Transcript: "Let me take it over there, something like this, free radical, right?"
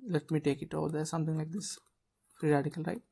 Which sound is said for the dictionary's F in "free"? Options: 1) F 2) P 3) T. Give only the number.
2